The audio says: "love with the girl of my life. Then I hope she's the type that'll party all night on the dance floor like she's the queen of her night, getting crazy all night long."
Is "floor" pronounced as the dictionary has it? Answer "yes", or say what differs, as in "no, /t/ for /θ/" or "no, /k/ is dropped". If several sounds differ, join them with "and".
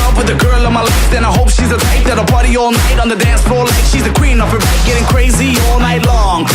no, /l/ is dropped